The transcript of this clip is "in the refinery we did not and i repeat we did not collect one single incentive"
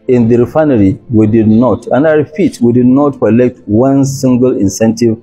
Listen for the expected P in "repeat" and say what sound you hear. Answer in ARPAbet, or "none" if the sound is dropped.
F